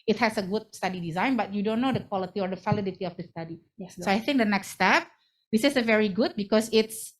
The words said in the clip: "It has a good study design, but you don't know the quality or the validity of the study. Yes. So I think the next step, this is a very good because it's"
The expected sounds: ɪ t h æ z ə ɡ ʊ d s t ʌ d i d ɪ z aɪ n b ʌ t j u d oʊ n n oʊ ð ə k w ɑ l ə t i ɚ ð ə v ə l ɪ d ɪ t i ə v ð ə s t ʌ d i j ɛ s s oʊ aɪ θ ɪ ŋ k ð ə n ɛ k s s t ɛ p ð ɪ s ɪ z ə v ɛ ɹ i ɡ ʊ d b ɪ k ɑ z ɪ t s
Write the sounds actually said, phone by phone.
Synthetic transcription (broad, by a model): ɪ t h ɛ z ə ɡ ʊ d s t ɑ d i d ɪ z aɪ n b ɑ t j u d oʊ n n oʊ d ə k w ɑ l ə t i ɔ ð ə f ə l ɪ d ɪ t i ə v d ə s t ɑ d i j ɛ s s oʊ aɪ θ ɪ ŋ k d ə n ɛ k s s t ɛ p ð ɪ s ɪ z ə v ɛ ɹ i ɡ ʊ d b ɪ k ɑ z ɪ t s